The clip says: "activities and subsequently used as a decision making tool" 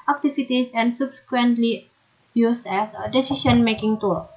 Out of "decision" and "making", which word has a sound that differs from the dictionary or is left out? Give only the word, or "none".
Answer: decision